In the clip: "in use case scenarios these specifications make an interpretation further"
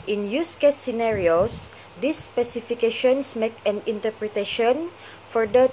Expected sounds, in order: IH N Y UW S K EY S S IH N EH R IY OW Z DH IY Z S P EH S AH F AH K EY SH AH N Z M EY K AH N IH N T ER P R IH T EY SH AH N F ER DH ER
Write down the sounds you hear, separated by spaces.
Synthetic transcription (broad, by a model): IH N Y UW S K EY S S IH N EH R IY OW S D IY S P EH S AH F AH K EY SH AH N S M EY K AH N IH N T ER P R IH T EY SH AH N F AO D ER